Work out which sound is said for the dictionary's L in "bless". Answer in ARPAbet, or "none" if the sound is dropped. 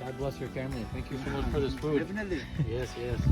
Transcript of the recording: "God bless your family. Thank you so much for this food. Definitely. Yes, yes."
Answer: L